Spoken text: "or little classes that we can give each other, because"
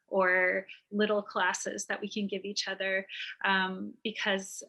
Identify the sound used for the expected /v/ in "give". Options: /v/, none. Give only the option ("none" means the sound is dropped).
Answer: /v/